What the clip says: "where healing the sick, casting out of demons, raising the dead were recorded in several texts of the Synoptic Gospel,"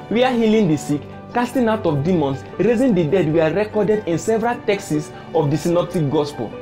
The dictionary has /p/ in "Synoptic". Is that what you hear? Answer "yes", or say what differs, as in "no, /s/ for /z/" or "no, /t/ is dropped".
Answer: yes